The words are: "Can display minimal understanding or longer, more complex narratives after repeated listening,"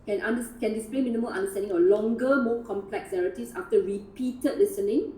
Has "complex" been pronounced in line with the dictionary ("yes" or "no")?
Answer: yes